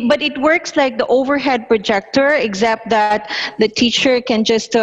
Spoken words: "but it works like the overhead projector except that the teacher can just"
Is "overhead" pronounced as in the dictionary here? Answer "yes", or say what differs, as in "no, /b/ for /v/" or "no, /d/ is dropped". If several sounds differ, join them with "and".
yes